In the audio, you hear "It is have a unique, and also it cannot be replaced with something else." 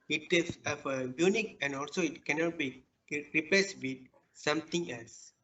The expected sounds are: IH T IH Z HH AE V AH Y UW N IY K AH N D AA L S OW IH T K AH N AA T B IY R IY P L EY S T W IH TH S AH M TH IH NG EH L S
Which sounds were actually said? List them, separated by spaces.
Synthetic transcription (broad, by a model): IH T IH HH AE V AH Y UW N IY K AH N D AA L S OW IH T K AH N AA T B IY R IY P EY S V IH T S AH M T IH NG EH L S